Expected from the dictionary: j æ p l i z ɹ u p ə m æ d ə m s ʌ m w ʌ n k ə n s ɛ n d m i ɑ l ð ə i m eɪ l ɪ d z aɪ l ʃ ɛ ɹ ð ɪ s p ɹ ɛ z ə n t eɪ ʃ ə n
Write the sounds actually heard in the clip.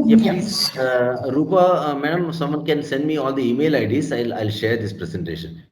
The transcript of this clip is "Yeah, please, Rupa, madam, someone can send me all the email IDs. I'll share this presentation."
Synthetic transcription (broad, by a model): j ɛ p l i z ɹ u p ə m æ d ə m s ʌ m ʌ n k ə n s ɛ n d m i ɑ l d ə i m eɪ l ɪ d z aɪ l ʃ ɛ ɹ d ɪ s p ɹ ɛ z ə n t eɪ ʃ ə n